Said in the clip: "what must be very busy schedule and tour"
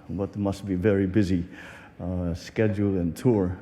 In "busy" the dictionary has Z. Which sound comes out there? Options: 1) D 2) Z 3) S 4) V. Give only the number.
2